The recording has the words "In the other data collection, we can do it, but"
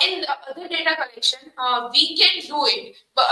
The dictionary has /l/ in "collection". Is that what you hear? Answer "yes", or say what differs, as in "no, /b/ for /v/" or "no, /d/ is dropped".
yes